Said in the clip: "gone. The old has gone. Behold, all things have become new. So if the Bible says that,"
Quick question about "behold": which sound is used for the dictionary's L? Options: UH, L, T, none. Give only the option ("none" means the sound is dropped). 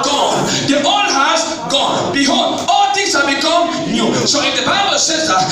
none